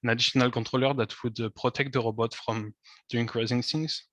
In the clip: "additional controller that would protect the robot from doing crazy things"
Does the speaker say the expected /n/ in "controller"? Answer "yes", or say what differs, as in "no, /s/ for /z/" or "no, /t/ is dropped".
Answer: no, /n/ is dropped